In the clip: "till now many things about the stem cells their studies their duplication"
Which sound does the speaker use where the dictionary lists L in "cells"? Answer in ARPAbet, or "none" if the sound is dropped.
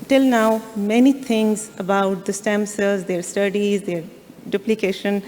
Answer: none